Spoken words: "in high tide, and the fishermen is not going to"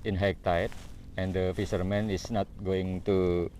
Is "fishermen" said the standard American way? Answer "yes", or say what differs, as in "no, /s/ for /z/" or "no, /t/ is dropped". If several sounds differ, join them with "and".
no, /s/ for /ʃ/